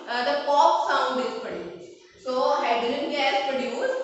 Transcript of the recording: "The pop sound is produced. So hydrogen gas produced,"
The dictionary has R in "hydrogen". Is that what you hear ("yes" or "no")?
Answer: no